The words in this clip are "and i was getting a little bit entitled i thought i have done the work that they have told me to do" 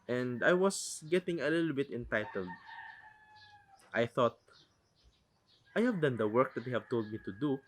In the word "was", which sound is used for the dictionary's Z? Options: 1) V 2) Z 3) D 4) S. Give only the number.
4